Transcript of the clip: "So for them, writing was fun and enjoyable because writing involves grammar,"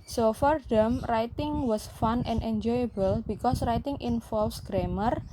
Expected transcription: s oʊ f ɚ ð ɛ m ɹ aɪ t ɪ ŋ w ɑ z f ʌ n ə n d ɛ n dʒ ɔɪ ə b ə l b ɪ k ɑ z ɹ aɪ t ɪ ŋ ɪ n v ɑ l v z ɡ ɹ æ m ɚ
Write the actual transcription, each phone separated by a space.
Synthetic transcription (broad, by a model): s oʊ f ɚ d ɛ m ɹ aɪ t ɪ ŋ w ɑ s f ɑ n ə n d ɛ n dʒ ɔɪ ə b ə l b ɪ k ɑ s ɹ aɪ t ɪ ŋ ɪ n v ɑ l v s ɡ ɹ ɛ m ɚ